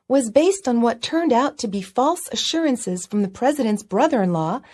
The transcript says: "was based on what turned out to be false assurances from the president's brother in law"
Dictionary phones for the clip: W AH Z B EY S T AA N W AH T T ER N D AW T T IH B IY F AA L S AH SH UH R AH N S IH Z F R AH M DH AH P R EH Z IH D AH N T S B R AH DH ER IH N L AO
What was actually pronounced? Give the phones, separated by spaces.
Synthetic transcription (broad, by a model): W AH Z B EY S T N W AH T T ER N D AW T T IH B IY F AA L S AH SH UH R AH N S IH Z F R AH M DH AH P R EH Z IH D AH N T S B R AH DH ER IH N L AO